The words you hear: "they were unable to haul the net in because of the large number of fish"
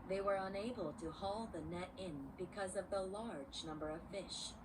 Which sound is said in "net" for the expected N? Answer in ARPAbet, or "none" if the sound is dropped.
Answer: N